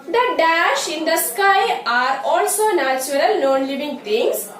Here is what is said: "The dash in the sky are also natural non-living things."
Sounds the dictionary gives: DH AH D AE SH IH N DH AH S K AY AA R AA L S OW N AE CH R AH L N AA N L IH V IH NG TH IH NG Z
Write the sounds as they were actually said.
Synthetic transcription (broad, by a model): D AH D AE SH IH N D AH S K AY AA R AA L S OW N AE CH R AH L N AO N L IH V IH NG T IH NG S